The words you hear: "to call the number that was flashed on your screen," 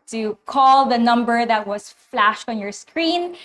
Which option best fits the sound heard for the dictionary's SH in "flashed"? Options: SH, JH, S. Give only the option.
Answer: SH